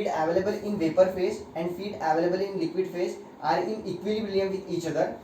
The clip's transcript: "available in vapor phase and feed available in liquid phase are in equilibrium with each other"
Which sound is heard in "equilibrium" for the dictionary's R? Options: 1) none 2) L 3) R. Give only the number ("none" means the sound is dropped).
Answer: 2